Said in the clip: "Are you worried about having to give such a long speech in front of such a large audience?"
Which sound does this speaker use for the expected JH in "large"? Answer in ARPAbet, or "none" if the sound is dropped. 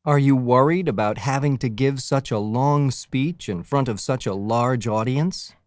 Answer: JH